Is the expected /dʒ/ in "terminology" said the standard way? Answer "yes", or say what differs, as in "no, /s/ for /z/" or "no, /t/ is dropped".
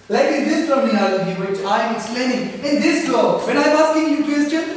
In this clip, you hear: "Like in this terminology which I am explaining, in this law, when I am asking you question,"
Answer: no, /dʒ/ is dropped